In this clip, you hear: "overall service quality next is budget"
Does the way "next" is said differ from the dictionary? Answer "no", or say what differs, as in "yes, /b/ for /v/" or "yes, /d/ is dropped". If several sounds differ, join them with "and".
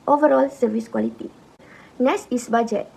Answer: yes, /k/ is dropped